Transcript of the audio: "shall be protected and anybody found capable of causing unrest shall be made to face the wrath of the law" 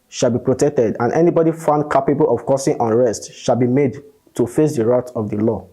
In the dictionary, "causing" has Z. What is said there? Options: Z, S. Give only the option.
S